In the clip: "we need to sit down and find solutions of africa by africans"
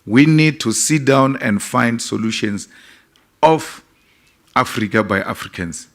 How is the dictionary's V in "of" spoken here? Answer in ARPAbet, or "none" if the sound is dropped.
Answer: F